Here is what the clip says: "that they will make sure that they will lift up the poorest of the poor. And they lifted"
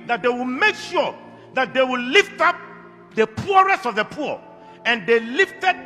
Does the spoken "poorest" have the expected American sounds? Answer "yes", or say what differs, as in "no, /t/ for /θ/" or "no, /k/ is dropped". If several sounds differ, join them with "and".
yes